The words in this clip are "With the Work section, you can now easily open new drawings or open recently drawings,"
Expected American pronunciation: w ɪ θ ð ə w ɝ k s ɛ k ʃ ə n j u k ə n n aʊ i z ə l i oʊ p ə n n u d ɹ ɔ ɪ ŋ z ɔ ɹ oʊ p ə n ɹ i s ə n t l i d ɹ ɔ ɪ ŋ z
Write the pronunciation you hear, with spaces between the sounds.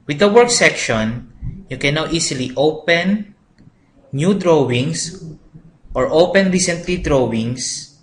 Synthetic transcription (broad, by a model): w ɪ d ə w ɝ k s ɛ k ʃ ə n j u k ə n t i s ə l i oʊ p ə n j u d ɹ ɔ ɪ ŋ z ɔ ɹ oʊ p ə n ɹ i s ə n t l i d ɹ ɔ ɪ ŋ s